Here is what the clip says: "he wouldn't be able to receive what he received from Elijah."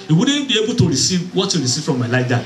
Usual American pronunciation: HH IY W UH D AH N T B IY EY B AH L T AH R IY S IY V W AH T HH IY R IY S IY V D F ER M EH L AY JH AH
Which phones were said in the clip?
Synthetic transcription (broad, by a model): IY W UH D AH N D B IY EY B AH T AH R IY S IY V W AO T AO R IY S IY F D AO M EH L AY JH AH